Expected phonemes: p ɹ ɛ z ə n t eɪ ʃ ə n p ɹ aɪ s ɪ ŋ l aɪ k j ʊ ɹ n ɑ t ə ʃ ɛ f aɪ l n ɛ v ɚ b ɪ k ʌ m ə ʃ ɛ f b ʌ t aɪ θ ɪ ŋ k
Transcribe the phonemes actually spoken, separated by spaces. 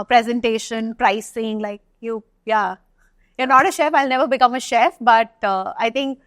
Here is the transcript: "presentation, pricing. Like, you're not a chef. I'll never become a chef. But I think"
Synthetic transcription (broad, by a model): p ɹ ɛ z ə n t eɪ ʃ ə n p ɹ aɪ s ɪ ŋ l aɪ k j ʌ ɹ n ɑ t ə ʃ ɛ f aɪ l n ɛ v ɚ b ɪ k ʌ m ə ʃ ɛ f b ʌ t aɪ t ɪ ŋ k